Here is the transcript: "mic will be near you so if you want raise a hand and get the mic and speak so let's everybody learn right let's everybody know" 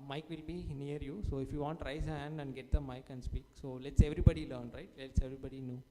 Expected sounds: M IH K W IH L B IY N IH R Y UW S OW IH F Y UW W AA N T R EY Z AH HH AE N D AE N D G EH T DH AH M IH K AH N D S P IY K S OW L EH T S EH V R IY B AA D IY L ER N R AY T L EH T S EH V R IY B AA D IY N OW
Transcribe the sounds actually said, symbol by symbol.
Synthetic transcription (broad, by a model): M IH K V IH L B IY N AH R Y UW S OW IH F Y UW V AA N T R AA AH HH AE N D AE N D G EH T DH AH M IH K AH N D S P IY K S OW L EH T S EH V R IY B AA D IY L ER N R AY T L EH T S EH V R IY B AA D IY N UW